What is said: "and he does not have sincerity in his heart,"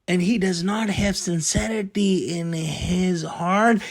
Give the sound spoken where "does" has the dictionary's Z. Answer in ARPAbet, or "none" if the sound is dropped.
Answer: Z